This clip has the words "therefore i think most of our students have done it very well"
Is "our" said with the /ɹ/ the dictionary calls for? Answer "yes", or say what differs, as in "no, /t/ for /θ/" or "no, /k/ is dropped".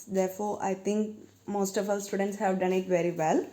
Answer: no, /l/ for /ɹ/